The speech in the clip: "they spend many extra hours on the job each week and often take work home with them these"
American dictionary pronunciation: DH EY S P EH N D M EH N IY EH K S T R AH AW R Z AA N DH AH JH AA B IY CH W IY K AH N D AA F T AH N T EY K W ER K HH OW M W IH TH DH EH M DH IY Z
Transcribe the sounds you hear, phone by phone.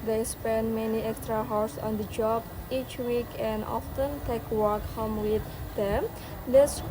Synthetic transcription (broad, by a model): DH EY S P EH N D M EH N IY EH K S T R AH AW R S AA N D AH JH AA B IY CH W IY K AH N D AA F T AH N T EY K W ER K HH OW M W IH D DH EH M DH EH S